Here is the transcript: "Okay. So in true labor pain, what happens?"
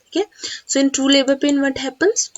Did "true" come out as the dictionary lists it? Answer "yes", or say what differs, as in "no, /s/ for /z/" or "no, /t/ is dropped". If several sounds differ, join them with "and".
no, /ɹ/ is dropped